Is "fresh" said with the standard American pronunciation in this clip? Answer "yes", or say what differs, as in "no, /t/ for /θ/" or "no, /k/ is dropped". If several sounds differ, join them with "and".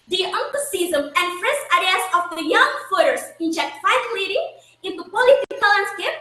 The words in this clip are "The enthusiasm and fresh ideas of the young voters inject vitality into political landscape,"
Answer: no, /s/ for /ʃ/